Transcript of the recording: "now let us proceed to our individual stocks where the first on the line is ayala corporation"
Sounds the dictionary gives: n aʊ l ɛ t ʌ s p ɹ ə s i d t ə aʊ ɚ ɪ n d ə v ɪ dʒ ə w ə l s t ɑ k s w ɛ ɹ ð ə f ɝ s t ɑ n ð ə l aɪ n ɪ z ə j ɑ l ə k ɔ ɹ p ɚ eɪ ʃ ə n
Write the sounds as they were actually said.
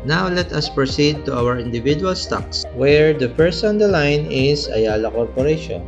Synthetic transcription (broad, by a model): n aʊ l ɛ t ʌ s p ɹ ə s i d t ə aʊ ɚ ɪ n d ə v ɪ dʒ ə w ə l s t ɑ k s w ɛ ɹ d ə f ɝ s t ɑ n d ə l aɪ n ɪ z ə j ɑ l ə k ɔ ɹ p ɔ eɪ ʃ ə n